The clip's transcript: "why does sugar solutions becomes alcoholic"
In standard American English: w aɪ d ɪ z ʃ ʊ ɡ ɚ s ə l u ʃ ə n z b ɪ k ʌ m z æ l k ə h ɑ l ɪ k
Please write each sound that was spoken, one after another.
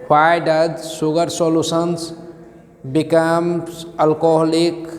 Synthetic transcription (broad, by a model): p aɪ d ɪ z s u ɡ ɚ s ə l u s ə n s b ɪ k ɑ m ʌ l k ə h l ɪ k